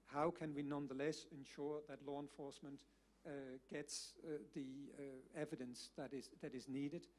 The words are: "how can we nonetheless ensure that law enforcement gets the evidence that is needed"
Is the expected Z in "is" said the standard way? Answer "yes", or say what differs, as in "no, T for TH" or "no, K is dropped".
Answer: yes